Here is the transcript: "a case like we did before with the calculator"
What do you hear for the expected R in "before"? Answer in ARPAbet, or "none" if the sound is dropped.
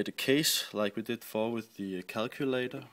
L